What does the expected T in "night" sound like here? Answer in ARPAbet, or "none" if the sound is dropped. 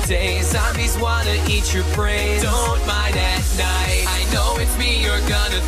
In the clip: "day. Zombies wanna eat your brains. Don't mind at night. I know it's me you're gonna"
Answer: T